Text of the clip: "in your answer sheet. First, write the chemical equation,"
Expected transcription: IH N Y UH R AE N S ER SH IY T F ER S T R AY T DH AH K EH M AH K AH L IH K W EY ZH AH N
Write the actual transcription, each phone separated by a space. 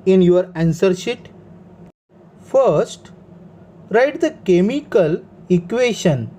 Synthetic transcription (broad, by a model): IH N Y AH R AE N S ER SH IY T F ER S T R AY T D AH K EH M AH K AH L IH K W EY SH AH N